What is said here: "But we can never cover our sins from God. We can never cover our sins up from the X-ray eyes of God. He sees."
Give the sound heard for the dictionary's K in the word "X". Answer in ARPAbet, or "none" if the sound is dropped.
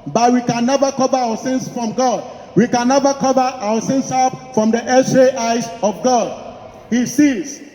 none